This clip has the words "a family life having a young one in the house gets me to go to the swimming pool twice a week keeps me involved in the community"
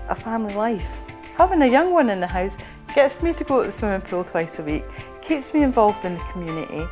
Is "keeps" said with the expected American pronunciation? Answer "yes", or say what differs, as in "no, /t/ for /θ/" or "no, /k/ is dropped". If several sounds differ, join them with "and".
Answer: yes